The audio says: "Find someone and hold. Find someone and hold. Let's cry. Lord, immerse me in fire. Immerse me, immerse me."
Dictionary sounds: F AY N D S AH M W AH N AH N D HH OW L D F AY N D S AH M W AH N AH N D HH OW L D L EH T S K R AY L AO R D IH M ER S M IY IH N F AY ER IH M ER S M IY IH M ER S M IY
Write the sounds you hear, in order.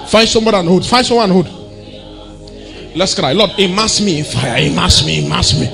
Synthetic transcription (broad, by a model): F AY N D S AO M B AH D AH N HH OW D F AY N S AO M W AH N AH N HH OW D L EH T S K R AY L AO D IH M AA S M IY IH N F AY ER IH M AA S M IY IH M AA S M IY